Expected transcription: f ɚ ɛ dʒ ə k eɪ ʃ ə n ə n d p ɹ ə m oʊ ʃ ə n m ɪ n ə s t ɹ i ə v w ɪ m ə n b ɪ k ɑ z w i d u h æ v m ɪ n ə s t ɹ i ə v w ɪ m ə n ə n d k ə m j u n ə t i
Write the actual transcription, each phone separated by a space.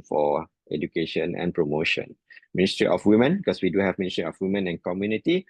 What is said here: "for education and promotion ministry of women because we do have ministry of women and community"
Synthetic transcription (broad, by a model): f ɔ ɛ dʒ ə k eɪ ʃ ə n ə n p ɹ ə m oʊ ʃ ə n m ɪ n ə s t ɹ i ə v w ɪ m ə n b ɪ k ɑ s w i d u h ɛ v m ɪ n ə s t ɹ i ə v w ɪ m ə n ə n k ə m j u n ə t i